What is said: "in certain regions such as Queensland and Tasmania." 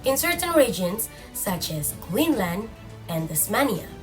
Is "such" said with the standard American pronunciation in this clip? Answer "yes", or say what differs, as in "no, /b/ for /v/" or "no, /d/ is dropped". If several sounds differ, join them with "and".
yes